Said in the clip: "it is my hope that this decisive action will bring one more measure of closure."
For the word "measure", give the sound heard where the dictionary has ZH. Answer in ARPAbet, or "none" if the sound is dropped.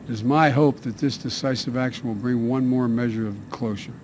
ZH